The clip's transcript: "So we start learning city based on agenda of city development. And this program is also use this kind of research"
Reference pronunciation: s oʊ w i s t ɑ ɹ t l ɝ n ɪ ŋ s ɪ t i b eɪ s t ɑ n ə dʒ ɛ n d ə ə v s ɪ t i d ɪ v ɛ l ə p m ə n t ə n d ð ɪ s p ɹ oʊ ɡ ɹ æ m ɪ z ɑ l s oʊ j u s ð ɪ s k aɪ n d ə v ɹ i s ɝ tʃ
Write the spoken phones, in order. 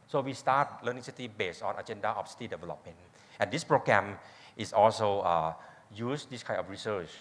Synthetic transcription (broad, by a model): s oʊ w i s t ɑ t l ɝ n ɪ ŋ s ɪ t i b eɪ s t ɑ n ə dʒ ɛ n d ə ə f s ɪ t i d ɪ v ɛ l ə p m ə n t ə n d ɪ s p ɹ oʊ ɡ ɹ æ m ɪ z ɑ l s oʊ j u s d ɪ s k aɪ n ə f ɹ i s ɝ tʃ